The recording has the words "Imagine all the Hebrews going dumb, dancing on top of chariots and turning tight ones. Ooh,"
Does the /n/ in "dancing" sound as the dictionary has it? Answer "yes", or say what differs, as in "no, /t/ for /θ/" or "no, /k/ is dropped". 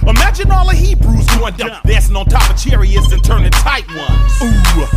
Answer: no, /n/ is dropped